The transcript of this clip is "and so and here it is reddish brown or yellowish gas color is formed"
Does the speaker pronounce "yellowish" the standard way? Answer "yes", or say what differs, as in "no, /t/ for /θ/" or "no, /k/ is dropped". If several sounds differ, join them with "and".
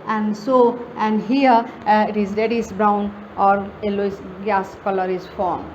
no, /s/ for /ʃ/